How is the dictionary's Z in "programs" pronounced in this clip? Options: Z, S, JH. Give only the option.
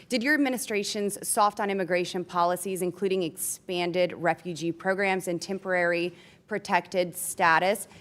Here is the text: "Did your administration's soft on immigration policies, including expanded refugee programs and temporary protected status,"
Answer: Z